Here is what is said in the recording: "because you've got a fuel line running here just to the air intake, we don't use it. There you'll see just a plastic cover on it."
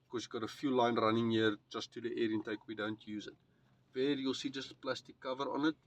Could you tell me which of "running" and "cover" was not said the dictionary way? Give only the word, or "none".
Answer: none